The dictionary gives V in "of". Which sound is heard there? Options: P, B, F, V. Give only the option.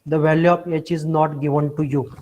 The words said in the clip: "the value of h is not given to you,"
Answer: P